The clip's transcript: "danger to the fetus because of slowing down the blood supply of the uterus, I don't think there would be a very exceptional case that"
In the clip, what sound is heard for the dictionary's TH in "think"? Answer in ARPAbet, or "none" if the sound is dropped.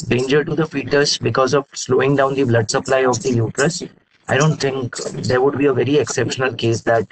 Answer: T